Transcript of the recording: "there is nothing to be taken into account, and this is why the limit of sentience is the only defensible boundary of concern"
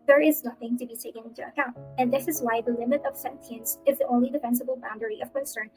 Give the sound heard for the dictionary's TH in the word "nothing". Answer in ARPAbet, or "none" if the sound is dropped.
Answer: TH